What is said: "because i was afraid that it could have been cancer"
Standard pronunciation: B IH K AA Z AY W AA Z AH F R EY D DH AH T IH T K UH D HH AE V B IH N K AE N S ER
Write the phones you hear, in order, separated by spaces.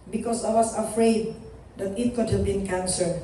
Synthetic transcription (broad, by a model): B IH K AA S AY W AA S AH F R EY D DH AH T IH T K UH D HH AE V B IH N K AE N S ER